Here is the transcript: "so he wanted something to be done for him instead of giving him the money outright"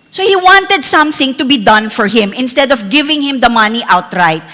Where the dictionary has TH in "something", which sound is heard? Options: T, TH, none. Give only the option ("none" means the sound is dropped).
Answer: TH